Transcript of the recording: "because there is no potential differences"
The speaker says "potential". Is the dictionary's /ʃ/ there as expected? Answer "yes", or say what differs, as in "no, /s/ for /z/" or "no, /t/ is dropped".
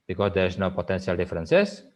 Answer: no, /s/ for /ʃ/